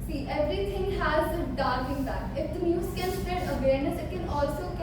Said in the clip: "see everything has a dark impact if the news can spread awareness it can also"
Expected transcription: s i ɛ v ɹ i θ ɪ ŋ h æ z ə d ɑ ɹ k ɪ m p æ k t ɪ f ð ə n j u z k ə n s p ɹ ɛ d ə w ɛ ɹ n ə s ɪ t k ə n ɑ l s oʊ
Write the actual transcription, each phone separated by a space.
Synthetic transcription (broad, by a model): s i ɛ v ɹ i t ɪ ŋ h æ z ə d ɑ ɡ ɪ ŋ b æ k ɪ f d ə n j u z k ə n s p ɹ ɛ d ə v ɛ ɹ n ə s ɪ t k ə n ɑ l s oʊ